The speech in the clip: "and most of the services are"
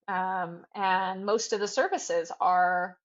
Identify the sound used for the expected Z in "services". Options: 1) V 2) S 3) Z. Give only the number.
3